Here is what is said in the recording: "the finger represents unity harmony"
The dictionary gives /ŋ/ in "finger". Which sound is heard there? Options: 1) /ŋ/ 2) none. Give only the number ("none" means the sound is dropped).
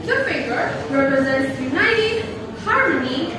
2